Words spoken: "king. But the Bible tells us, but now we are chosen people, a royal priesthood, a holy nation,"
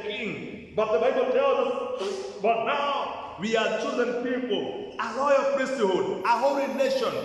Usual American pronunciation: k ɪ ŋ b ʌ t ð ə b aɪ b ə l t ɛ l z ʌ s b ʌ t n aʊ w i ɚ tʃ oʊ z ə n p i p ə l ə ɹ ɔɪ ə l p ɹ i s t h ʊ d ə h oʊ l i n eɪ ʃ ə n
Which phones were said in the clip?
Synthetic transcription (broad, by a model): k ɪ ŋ b ʌ t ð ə b aɪ b ə l t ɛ l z ʌ s b ʌ t n aʊ w i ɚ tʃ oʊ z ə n p i p ə l ə l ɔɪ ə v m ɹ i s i h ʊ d ə h oʊ l i n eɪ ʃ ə n